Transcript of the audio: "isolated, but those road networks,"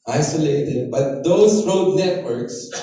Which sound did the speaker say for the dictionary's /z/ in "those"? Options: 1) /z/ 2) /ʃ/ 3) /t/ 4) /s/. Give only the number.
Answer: 4